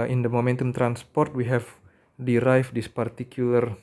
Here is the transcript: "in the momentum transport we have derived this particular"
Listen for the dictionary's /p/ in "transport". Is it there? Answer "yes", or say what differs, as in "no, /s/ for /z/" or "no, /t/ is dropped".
yes